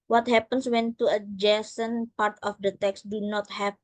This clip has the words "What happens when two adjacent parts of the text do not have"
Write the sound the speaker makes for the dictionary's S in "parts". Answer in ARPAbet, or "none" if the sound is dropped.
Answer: none